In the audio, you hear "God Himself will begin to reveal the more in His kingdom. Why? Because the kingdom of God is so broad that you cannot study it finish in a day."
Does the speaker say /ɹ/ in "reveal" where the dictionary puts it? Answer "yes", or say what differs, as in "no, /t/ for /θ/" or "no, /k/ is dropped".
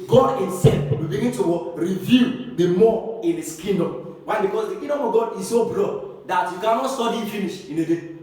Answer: no, /w/ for /ɹ/